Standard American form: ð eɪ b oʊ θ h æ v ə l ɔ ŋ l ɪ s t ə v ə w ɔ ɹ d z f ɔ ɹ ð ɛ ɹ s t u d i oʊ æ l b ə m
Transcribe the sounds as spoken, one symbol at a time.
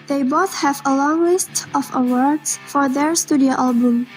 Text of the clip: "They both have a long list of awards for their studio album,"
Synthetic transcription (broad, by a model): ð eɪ b oʊ θ h æ v ə l ɔ ŋ l ɪ s t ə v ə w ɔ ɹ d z f ɔ ɹ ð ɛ ɹ s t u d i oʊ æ l b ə m